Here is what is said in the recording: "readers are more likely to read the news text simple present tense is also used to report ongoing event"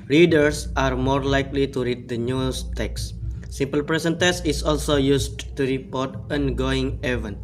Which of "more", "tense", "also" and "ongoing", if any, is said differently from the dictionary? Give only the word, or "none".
tense